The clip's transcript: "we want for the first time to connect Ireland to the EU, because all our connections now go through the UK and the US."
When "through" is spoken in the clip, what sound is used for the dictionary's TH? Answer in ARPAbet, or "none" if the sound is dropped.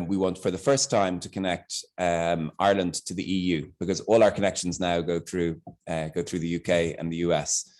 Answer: TH